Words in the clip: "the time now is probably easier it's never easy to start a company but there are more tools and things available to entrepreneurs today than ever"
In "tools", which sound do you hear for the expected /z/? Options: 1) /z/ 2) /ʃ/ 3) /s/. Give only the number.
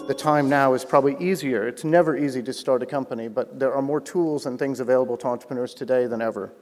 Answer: 1